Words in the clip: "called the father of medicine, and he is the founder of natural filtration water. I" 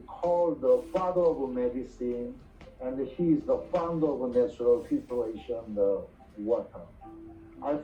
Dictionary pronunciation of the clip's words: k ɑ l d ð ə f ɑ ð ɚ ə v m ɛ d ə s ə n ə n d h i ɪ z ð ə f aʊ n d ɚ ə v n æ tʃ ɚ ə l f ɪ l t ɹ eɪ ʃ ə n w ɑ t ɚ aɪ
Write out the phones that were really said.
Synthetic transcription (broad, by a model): k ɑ l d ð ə f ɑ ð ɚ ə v m ɛ d ə s ə n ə n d h i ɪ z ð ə f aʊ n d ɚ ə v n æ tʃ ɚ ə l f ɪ t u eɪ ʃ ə n w ɑ t ɚ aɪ